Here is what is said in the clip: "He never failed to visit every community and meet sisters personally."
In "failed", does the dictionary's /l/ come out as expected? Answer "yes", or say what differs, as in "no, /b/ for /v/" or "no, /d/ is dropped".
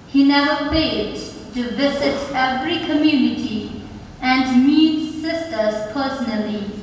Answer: no, /l/ is dropped